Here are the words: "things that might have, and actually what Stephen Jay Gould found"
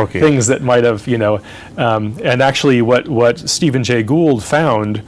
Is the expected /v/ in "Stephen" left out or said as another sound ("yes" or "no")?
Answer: no